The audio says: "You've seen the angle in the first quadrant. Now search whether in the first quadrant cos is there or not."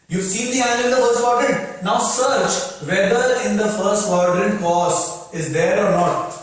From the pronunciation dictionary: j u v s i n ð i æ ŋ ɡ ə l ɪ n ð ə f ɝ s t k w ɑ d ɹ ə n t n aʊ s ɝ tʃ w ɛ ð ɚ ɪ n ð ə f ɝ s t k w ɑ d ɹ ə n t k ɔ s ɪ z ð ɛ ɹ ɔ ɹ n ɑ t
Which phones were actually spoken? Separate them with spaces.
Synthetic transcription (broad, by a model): j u v s i n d i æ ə n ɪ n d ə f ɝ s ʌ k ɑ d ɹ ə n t n aʊ s ɝ tʃ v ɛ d ɚ ɪ n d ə f ɝ s t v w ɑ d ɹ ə n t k ɔ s ɪ z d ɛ ɹ ɔ ɹ n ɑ t